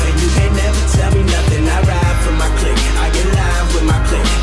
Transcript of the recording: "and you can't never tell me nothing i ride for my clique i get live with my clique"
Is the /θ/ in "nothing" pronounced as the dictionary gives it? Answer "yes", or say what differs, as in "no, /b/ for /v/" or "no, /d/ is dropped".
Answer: yes